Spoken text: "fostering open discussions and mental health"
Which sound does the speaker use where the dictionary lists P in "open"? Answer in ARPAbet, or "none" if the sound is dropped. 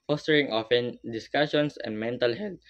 F